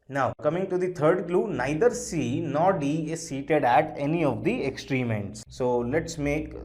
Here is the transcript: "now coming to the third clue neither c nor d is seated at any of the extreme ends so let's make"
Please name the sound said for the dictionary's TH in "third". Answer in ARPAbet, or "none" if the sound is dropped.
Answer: T